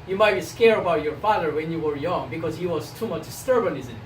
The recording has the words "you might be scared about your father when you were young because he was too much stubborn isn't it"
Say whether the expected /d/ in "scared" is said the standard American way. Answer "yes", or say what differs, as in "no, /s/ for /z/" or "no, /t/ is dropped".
no, /d/ is dropped